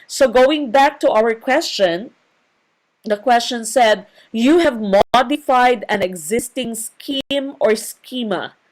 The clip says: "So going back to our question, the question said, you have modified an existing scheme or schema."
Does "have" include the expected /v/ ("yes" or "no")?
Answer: yes